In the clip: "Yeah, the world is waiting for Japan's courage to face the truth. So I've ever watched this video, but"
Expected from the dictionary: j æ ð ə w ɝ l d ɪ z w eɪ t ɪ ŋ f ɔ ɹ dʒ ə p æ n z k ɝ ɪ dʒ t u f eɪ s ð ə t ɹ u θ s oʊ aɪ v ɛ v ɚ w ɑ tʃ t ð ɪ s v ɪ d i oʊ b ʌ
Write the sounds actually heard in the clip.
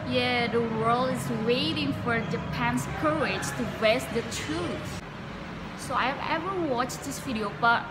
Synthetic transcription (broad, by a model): j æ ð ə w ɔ l ɪ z w eɪ t ɪ ŋ f ɔ ɹ dʒ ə p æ n s k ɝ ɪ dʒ t u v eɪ s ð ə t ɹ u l s oʊ aɪ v ɛ v ɚ w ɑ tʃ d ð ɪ s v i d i oʊ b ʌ